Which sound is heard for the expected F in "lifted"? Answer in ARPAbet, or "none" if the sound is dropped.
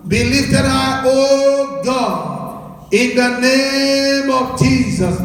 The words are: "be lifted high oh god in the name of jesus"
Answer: none